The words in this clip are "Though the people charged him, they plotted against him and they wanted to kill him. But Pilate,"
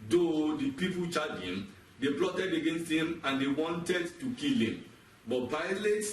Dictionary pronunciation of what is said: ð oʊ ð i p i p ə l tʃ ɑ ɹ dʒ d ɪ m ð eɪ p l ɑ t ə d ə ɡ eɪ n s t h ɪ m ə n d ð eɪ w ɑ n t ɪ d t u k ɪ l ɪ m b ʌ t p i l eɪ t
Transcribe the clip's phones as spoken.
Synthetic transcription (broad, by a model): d oʊ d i p i p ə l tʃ ɑ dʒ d ɪ m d eɪ p l ɑ t ə d ə ɡ eɪ n s t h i m ə n d eɪ w ɑ n t ɪ d t u k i l ɪ m b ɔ t p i l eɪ t